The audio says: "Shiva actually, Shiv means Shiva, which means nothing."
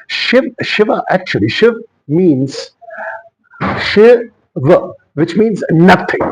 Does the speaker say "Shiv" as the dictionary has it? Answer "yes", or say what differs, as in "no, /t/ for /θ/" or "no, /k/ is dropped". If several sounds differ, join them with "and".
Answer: yes